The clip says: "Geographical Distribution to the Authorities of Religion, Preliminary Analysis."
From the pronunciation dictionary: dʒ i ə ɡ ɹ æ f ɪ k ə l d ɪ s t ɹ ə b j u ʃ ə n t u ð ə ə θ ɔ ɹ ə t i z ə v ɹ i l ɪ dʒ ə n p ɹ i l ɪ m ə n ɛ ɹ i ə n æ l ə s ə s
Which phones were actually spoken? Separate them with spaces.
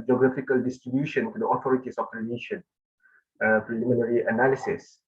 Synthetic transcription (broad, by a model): dʒ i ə ɡ ɹ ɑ f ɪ k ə l d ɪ s t ɹ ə b j u ʃ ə n t u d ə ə t ɔ ɹ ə t i s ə f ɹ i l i ʃ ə n p ɹ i l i m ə n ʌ ɹ i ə n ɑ l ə s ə s